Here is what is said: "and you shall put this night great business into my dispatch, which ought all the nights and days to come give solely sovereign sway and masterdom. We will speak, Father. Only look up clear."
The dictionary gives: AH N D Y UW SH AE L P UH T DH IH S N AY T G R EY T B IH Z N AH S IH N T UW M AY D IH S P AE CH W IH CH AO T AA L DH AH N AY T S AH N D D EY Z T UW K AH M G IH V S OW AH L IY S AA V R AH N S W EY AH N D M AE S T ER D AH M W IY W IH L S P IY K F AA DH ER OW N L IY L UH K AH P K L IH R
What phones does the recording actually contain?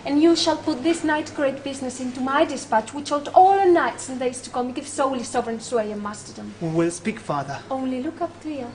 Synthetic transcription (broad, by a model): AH N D Y UW SH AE L P UH T DH IH S N AY T G R EY T B IH Z N AH S IH N T UW M AY D IH S P AE CH W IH CH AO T AA L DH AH N AY T S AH N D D EY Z T UW K AH M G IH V S OW AH L IY S AA V R AH N S W EY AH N M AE S T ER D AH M W IY W IH L S P IY K F AA DH ER OW N L IY L UH K AH P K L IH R